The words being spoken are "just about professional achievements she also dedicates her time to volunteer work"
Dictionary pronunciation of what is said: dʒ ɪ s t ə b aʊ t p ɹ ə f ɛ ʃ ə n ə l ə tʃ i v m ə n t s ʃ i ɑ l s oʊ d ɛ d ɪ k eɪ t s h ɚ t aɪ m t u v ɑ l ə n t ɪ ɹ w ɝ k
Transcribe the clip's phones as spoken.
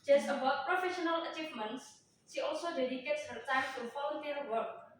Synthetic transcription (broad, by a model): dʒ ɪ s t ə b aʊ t p ɹ ə f ɛ ʃ ə n ə l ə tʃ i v m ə n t s ʃ i ɑ l s oʊ d ɛ d ɪ k eɪ t s h ɚ t aɪ m t u f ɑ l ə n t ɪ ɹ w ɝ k